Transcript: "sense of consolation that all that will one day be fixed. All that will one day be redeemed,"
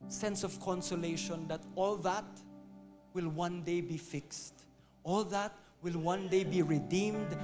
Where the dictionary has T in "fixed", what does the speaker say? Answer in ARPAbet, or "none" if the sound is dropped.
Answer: T